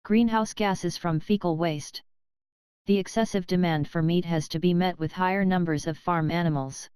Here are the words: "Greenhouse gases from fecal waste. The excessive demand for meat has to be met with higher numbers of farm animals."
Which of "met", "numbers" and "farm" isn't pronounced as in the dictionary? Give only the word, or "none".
none